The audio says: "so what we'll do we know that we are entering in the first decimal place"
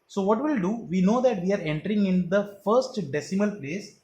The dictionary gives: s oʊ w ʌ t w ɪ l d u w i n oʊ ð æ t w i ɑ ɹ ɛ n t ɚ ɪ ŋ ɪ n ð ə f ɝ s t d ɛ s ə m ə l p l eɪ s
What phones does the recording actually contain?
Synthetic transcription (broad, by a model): s oʊ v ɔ t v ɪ l d u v i n oʊ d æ t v i ɑ ɹ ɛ n t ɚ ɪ ŋ ɪ n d ə f ɝ s t d ɛ s ə m ə l p l eɪ s